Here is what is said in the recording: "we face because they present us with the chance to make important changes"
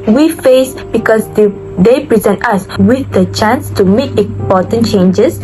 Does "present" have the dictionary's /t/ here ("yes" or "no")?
yes